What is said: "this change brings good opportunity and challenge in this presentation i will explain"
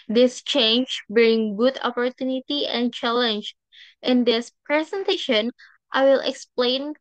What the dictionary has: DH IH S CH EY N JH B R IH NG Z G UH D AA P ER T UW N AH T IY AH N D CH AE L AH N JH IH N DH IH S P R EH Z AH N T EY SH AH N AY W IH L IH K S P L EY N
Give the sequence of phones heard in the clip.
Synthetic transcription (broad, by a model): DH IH S CH EY N JH B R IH NG G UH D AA P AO T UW N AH T IY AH N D CH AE L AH N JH IH N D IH S P R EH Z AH N T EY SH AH N AY W IH L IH K S P L EY N